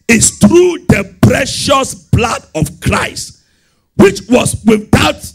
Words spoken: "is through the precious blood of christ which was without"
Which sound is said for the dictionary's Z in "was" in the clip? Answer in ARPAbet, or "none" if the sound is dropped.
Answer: S